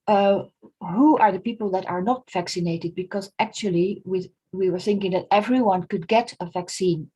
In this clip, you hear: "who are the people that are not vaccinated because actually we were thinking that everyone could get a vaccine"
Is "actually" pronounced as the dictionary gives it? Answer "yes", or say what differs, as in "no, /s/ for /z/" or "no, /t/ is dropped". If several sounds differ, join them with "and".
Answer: no, /w/ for /l/